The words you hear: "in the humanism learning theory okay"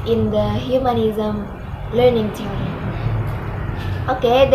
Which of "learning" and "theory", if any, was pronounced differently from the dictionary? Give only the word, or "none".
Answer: theory